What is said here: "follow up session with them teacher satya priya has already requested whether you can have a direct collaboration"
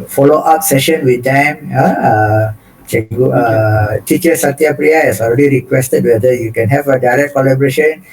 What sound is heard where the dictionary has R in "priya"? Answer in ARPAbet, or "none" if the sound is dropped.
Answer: R